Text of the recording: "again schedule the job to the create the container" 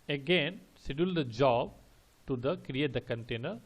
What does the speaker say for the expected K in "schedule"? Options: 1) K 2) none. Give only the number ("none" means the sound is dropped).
2